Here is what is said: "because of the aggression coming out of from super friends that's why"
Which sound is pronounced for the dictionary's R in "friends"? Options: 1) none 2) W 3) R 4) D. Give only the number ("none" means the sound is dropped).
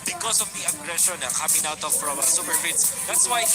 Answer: 1